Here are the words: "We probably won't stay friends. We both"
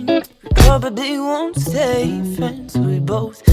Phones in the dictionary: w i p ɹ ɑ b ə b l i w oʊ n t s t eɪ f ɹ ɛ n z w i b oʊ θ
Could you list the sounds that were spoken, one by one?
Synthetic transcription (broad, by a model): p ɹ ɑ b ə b i w oʊ n t s eɪ f ɛ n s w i b oʊ θ